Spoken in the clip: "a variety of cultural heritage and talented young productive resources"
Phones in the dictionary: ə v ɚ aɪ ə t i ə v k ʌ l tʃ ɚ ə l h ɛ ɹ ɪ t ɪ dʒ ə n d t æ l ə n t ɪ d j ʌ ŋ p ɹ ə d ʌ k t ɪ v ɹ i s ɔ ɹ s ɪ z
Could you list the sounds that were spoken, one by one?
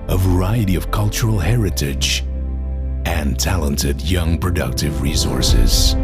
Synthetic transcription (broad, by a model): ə v ɚ aɪ ə t i ə v k ʌ l tʃ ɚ l h ɛ ɹ ɪ t ɪ dʒ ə n t æ l ə n t ɪ d j ʌ ŋ p ɹ ə d ʌ k t ɪ v ɹ i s ɔ ɹ s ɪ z